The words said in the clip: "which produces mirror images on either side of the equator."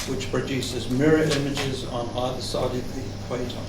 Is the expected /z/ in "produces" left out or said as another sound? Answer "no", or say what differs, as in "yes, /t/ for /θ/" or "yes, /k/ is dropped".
no